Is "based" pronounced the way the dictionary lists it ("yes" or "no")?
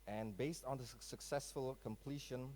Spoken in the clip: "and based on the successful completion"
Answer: yes